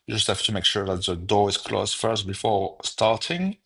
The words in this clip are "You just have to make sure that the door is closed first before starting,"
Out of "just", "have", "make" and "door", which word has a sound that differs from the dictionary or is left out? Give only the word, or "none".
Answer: have